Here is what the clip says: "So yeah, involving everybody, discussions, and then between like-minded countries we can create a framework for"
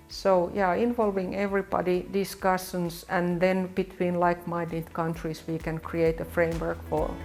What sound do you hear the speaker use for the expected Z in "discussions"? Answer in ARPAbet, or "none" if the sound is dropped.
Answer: S